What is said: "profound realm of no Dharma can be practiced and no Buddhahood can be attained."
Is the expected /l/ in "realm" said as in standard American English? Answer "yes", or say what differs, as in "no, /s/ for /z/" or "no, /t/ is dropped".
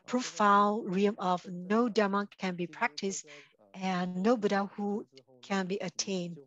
no, /l/ is dropped